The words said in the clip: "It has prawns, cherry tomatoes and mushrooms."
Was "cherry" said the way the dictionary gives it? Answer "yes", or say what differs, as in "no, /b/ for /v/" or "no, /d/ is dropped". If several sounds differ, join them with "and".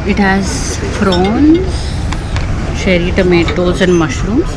no, /ʃ/ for /tʃ/